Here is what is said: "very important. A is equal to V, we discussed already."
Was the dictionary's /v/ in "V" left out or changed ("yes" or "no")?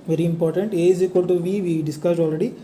no